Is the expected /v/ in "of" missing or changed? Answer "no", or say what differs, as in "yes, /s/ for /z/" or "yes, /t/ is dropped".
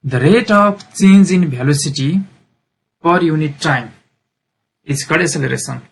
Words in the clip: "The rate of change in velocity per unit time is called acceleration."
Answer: yes, /p/ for /v/